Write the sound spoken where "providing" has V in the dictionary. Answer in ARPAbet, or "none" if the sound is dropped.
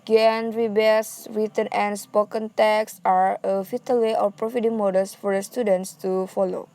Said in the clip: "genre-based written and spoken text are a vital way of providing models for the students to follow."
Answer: F